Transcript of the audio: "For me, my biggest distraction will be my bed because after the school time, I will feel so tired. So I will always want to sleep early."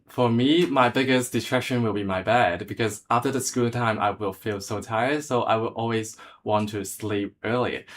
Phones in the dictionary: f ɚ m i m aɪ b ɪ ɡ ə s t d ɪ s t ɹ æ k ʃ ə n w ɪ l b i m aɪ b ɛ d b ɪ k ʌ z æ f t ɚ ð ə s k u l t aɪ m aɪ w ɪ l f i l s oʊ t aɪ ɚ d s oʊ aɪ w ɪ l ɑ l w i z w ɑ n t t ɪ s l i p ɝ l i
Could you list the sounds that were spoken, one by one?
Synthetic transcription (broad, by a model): f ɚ m i m aɪ b ɪ ɡ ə s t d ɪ t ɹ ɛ k ʃ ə n w ɪ l b i m aɪ b ɛ d b ɪ k ʌ z æ f t ɚ ð ə s k u l t aɪ m aɪ w ɪ l f i l s oʊ t aɪ ɚ d s oʊ aɪ w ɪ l ɑ l w i z w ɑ n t t ɪ s l i p ɝ l i